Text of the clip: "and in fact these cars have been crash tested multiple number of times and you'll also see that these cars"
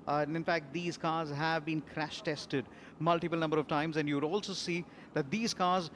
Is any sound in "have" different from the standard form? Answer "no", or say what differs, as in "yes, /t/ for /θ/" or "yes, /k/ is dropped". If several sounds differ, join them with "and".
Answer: no